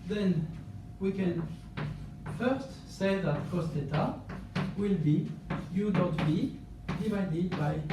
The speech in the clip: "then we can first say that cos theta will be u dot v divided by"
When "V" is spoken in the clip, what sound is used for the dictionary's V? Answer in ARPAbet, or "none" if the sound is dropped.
B